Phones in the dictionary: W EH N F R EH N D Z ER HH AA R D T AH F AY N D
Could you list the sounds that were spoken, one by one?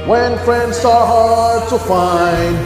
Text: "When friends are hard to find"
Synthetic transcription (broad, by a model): W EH N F R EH N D S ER HH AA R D T AH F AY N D